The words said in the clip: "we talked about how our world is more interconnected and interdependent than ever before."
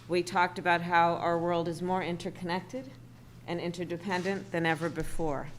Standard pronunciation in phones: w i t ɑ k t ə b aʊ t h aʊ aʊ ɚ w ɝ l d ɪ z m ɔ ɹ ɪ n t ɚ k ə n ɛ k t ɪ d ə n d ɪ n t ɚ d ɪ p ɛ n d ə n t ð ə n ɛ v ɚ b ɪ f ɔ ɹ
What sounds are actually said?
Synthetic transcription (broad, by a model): w i t ɑ k t ə b aʊ t h aʊ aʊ ɚ w ɝ l d ɪ z m ɔ ɹ ɪ n t ɚ k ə n ɛ k t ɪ d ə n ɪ n t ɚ d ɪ p ɛ n d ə n ð ə n ɛ v ɚ b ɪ f ɔ ɹ